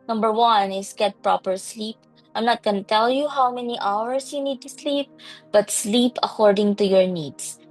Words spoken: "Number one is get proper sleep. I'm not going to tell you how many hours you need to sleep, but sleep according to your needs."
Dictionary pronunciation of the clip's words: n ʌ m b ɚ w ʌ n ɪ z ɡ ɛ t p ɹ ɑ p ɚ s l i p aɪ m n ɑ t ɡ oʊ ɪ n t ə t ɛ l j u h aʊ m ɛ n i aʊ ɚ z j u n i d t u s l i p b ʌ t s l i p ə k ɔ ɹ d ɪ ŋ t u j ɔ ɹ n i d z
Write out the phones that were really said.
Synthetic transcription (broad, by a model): n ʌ m b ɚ w ʌ n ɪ s ɡ ɛ t p ɹ ɑ p ɚ s l i p aɪ m n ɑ t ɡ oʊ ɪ n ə t ɛ l j u h aʊ m ɛ n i aʊ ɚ s j u n i d t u s l i p b ʌ t s l i p ə k ɔ ɹ d ɪ ŋ t u j ɔ ɹ n i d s